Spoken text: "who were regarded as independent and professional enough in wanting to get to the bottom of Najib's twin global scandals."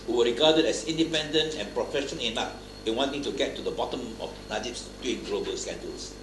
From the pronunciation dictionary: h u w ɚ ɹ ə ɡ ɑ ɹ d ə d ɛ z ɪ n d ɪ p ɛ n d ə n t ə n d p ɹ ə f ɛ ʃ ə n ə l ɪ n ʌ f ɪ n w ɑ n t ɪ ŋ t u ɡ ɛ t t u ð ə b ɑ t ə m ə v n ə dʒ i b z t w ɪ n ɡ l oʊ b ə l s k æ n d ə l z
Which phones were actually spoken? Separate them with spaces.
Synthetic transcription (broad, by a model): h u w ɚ ɹ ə ɡ ɑ d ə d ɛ s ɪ n d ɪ p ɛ n d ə n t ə n p ɹ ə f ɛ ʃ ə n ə n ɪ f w ɪ n w ɑ n t ɪ ŋ t u ɡ ɛ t t u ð ə b ɑ t ə m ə f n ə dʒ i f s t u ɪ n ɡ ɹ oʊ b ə s k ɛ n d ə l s